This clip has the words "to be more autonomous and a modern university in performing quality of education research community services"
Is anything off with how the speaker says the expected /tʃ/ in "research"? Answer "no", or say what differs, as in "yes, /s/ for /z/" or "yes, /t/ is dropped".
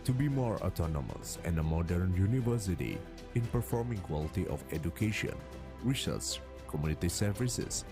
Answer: yes, /s/ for /tʃ/